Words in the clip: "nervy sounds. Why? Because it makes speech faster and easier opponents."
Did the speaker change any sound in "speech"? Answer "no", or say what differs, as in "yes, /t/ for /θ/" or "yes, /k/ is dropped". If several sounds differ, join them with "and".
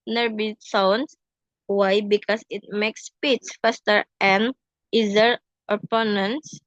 yes, /s/ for /tʃ/